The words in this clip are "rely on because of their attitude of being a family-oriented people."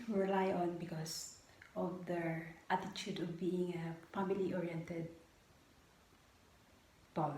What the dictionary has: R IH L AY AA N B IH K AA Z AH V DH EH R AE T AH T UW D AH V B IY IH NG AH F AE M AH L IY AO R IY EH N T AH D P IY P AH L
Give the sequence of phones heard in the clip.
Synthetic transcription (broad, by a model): R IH L AY AA N B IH K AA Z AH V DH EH R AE T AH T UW D AH V B IY IH NG AH P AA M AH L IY AO R IY EH N T AH D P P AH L